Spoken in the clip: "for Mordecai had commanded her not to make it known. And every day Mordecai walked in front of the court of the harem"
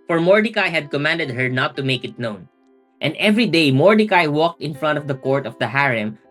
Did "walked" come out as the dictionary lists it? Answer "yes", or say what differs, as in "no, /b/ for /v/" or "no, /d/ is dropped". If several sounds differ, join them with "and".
yes